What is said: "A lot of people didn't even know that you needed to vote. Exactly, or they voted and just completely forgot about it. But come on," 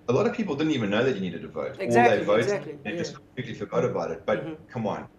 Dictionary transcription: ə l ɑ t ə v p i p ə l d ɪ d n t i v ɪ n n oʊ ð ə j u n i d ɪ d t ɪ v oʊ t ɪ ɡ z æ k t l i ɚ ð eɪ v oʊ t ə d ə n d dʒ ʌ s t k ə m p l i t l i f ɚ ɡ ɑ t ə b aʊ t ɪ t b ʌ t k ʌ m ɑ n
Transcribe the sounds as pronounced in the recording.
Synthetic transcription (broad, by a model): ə l ɑ t ə v p i p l d ɪ d n t i v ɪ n n oʊ ð ə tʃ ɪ n i d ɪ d t ɪ v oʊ ɪ t i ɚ ð eɪ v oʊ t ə ə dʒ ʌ s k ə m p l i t l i f ɚ ɡ ɑ t ə b aʊ t ɪ t b ʌ t k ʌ m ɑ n